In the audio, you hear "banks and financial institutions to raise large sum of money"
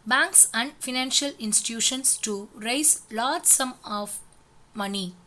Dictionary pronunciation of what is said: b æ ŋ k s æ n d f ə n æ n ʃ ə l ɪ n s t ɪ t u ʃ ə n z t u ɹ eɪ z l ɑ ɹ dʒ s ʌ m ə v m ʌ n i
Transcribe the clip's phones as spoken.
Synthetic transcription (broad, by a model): b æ ŋ k s æ n d f ə n æ n ʃ ə l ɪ n s t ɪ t u ʃ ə n s t u ɹ eɪ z l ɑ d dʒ s ʌ m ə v m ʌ n i